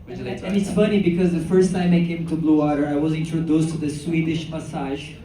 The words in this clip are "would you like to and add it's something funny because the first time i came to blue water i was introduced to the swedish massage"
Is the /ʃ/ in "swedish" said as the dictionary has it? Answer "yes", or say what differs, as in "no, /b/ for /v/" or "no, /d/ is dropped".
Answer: yes